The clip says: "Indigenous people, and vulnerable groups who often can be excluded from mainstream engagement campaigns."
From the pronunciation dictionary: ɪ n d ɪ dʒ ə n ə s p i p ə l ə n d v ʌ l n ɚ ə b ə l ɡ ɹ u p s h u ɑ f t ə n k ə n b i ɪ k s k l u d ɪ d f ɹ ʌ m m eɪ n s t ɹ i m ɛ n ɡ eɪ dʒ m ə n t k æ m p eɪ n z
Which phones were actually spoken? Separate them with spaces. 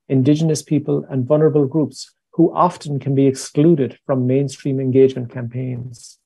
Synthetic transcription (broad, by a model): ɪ n d ɪ dʒ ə n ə s p i p ə l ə n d v ʌ l n ɚ ə b ə l ɡ ɹ u p s h u ɑ f t ə n k ə n b i ɪ k s k l u d ɪ d f ɹ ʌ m m eɪ n s t ɹ i m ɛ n ɡ eɪ dʒ m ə n k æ m p eɪ n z